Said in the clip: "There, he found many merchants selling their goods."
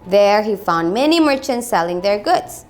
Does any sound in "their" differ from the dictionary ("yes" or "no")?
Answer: no